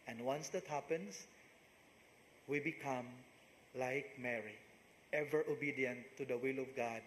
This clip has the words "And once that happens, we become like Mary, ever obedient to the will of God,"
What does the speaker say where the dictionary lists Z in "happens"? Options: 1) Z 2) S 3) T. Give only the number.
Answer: 2